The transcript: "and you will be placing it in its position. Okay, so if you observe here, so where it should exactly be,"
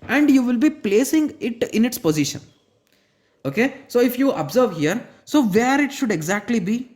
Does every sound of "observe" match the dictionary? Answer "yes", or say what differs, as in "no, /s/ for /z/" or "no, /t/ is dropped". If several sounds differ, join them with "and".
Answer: yes